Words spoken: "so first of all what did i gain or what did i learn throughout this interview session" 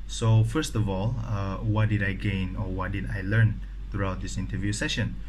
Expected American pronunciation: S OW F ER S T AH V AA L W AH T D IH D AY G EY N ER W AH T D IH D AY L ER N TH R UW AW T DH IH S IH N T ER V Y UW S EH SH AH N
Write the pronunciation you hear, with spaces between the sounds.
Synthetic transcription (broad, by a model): S OW F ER S T AH V AA L W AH T D IH D AY G EY N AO W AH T D IH D AY L ER N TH R UW AW T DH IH S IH N T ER V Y UW S EH SH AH N